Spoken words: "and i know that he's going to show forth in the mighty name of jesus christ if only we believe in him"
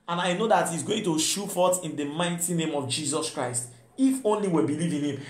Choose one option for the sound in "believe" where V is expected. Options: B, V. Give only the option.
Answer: V